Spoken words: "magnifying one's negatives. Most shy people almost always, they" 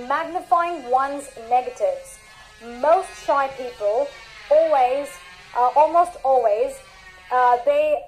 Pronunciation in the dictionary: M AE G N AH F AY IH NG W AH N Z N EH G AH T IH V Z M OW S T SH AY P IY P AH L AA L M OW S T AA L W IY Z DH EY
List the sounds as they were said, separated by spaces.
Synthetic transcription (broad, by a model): M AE G N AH F AY IH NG W AH N Z N EH G AH T IH V Z M OW S T SH AY P IY P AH L AA L M OW S T AA L W IY Z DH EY